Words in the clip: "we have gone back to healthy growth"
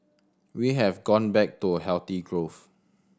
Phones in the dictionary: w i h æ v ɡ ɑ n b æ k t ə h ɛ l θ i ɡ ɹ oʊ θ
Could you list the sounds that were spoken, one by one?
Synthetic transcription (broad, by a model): w i h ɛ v ɡ ɑ n b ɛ k t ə h ɛ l t i ɡ ɹ oʊ f